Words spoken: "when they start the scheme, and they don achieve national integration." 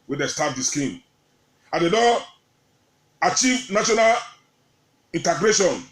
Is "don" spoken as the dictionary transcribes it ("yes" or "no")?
no